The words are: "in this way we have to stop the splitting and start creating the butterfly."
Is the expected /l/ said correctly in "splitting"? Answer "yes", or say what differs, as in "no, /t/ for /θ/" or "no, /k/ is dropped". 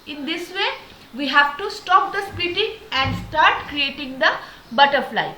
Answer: no, /l/ is dropped